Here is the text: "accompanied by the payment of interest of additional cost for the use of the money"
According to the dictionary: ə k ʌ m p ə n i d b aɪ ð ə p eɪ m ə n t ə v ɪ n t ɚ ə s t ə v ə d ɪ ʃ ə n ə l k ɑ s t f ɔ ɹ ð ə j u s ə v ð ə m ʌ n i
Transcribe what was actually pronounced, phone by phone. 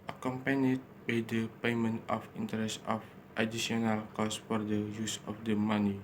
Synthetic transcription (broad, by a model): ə k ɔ m p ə n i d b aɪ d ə p eɪ m ə n t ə f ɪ n t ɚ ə s t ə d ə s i ə n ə l k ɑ s f ɔ ɹ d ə j u s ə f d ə m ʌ n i